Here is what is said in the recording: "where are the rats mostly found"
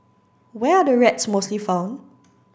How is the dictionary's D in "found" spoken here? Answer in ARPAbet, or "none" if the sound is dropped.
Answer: none